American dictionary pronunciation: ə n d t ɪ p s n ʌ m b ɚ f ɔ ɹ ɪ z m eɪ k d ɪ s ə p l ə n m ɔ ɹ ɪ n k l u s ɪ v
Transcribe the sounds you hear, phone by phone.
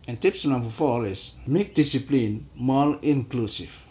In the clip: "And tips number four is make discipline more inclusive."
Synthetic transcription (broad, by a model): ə n t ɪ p s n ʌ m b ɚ f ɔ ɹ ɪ s m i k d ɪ s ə p l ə n m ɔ l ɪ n k l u s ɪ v